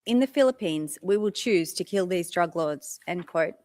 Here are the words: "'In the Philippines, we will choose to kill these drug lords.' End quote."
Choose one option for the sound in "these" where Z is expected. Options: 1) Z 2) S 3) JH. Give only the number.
1